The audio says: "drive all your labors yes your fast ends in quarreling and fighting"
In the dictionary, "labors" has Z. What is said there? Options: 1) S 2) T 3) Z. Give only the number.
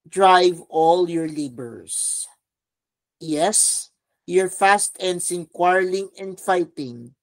1